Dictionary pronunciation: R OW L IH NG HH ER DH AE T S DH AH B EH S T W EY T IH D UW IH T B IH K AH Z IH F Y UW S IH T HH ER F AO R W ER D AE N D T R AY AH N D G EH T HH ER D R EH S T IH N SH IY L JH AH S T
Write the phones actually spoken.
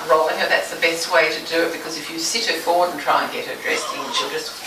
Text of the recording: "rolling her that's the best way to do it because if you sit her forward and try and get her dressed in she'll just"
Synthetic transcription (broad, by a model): R OW L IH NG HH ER DH AE T S DH AH B EH S T W EY T IH D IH IH T B IH K AH Z IH F Y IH S IH T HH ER F AO R W ER D N T R AY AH N G EH T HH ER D R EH S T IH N SH IY L JH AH S T